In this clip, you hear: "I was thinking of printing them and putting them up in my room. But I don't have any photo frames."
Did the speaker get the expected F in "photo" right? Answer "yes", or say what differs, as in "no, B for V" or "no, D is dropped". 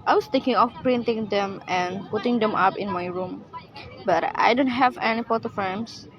no, P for F